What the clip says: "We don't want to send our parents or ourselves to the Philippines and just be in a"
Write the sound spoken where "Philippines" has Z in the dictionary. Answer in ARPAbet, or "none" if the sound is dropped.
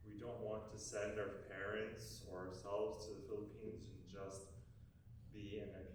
Z